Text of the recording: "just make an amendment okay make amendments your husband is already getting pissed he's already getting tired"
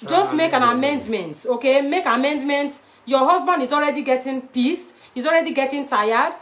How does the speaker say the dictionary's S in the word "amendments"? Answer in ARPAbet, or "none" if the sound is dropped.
none